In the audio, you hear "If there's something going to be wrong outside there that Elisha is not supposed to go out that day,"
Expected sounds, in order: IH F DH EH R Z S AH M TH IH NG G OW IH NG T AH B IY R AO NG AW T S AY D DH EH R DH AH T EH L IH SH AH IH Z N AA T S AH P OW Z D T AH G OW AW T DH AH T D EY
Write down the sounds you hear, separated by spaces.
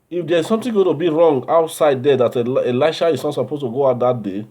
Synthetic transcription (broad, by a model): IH F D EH R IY S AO M T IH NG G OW T AH B IY R AO NG AW T S AY D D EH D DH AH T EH L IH SH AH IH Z N AA T S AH P OW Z T AH G OW AW T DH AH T D EY